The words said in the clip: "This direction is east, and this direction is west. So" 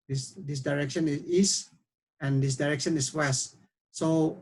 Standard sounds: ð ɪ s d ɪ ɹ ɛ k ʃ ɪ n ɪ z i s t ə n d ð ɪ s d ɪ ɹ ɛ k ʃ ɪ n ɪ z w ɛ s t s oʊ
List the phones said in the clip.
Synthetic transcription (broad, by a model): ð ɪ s d ɪ ɹ ɛ k ʃ ɪ n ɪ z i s ə n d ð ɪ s d ɪ ɹ ɛ k ʃ ɪ n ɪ s w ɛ s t s oʊ